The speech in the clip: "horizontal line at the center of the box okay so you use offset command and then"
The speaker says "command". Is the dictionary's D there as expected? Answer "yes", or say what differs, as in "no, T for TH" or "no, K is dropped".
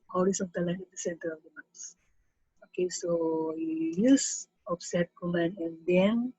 no, D is dropped